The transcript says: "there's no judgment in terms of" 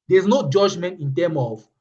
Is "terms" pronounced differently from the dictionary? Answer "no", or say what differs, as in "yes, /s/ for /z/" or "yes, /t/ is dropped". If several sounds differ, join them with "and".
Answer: yes, /z/ is dropped